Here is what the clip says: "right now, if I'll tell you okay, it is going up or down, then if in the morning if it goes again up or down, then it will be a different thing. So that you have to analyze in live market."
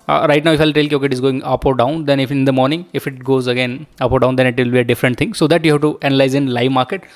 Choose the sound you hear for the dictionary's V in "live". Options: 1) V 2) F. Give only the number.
1